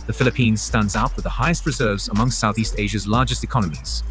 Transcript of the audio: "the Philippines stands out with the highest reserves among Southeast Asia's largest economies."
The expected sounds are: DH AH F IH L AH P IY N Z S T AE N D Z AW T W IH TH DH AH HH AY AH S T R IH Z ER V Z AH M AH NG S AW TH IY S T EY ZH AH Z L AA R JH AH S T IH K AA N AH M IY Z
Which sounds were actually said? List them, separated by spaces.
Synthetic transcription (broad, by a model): DH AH F IH L AH P IY N Z S T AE N D Z AW T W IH DH AH HH AY AH S T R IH Z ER V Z AH M AH NG S AW TH IY S T EY ZH AH Z L AA JH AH S T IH K AA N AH M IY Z